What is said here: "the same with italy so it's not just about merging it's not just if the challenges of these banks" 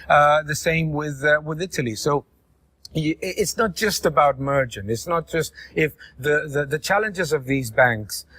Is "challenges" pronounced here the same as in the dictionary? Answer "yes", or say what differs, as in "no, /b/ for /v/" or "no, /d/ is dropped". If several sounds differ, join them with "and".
yes